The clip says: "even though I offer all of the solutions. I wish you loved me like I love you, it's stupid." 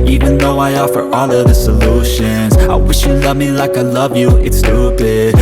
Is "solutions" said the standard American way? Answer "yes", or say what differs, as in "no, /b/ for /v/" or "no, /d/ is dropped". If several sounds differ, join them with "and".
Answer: yes